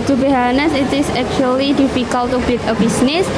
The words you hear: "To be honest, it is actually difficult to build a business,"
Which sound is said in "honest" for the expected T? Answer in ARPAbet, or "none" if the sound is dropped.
none